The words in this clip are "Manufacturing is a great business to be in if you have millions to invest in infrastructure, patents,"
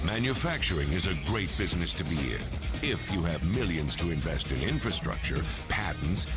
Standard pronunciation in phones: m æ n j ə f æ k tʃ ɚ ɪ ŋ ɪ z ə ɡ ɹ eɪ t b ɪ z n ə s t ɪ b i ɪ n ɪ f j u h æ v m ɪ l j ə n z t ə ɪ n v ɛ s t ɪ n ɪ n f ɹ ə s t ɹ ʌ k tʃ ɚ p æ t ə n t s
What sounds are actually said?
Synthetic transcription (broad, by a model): m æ n j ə f æ k tʃ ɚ ɪ ŋ ɪ z ə ɡ ɹ eɪ t b ɪ z n ə s t ɪ b i ɪ n ɪ f j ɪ v m ɪ l j ə n z t ə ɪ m v ɛ s t ɪ n ɪ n f ɹ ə s t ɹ ʌ k tʃ ɚ p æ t n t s